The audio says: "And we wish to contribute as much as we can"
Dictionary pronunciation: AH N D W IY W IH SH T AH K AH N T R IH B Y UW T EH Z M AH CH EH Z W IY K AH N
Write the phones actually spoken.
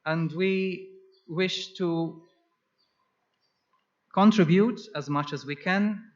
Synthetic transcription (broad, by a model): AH N D W IY W IH SH T AH K AH N T R IH B Y UW T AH Z M AH CH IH Z W IY K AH N